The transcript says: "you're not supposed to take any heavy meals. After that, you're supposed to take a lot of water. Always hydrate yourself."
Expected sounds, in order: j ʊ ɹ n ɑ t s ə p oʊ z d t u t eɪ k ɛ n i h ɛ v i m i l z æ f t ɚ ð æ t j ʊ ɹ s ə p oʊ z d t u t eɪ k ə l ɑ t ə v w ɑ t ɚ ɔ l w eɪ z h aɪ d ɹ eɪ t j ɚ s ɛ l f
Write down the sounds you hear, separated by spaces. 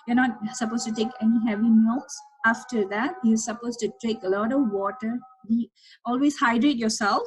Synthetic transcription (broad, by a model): j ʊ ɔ n ɑ t s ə p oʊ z t u t eɪ k ɛ n i h ɛ v i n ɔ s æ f t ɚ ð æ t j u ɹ s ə p oʊ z t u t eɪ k ə l ɑ t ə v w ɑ t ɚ ɔ l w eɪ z h aɪ d ɹ eɪ t j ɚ s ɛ l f